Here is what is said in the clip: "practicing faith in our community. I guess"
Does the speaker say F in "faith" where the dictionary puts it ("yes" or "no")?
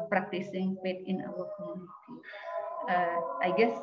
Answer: no